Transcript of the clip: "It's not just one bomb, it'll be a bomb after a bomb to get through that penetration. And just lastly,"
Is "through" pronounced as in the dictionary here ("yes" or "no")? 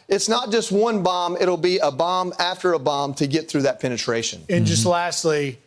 yes